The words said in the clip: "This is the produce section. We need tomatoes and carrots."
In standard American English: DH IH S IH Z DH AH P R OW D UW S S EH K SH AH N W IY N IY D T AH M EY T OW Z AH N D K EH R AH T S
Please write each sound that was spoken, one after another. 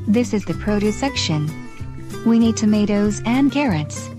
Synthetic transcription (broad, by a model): DH IH S IH Z DH AH P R OW D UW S S EH K SH AH N W IY N IY D T AH M EY T OW Z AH N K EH R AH T S